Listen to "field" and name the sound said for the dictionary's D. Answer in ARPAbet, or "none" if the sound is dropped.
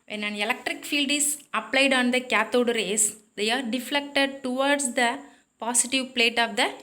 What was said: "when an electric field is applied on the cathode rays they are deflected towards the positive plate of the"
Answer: D